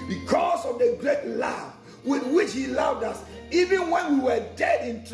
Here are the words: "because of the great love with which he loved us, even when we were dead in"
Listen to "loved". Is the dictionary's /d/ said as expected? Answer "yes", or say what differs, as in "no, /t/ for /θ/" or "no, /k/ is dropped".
yes